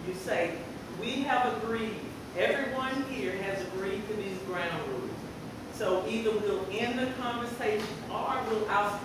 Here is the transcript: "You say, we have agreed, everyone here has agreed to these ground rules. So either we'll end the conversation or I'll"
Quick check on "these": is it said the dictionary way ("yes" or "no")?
yes